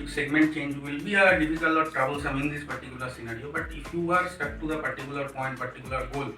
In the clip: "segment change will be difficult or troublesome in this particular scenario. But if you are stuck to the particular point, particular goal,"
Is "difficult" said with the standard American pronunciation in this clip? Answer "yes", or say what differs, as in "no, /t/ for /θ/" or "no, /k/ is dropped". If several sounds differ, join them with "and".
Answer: no, /t/ is dropped